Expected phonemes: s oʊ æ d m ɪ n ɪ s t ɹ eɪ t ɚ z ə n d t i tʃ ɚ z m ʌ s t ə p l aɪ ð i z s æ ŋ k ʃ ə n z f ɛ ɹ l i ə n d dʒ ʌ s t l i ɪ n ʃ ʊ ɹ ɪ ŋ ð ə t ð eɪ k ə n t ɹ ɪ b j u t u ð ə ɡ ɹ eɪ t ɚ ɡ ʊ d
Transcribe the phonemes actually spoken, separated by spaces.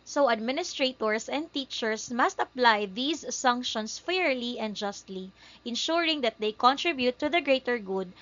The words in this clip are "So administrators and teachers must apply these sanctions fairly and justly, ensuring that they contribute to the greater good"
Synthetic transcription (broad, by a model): s oʊ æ d m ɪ n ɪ s t ɹ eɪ t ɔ s ə n d t i tʃ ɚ s m ʌ s t ə p l aɪ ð i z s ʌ ŋ k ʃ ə n s f ɛ ɹ l i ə n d dʒ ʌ s t l i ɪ n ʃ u ɹ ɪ ŋ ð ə t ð eɪ k ə n t ɹ ɪ b j u t u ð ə ɡ ɹ eɪ t ɚ ɡ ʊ d